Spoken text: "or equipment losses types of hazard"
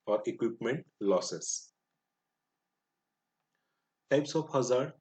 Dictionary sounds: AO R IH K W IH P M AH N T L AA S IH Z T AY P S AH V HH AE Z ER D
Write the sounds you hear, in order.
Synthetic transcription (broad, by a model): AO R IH K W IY P M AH N T L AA S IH S T AY P S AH P HH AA Z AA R